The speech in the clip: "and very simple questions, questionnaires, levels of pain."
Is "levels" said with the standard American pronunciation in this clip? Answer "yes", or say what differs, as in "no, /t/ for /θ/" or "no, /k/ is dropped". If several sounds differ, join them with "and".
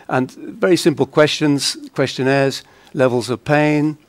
yes